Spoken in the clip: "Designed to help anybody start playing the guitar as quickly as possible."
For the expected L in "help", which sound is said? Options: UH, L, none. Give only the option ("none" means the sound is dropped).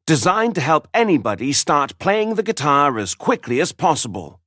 L